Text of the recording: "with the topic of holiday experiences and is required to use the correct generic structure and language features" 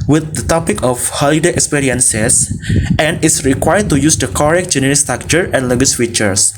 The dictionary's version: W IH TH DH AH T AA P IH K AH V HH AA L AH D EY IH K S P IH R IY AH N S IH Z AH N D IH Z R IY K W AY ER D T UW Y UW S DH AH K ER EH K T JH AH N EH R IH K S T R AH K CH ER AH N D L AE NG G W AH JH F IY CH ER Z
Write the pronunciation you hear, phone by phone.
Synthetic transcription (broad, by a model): W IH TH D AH T AA P IH K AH F HH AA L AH D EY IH K S P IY R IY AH N S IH S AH N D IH S R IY K W AY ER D T UW Y UW S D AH K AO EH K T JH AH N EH R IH S T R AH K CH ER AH N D L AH G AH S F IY CH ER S